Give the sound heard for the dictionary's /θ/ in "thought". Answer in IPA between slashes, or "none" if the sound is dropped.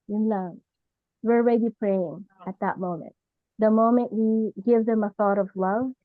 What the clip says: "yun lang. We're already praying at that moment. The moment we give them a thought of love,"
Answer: /θ/